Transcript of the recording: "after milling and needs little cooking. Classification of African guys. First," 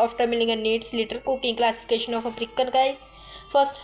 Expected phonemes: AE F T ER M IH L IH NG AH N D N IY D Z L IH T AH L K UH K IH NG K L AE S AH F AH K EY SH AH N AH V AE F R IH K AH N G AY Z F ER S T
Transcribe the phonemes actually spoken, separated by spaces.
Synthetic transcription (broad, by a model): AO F T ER M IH L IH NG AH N N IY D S L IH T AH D K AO K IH NG K L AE S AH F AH K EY SH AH N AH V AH P R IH K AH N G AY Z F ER S T